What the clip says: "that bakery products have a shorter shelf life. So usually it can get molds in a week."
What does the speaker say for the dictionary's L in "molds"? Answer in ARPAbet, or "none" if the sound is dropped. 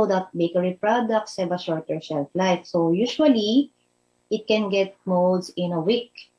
none